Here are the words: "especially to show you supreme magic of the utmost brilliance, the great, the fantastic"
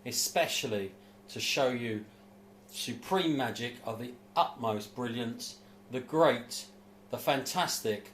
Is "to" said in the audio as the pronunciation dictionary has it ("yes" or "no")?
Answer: yes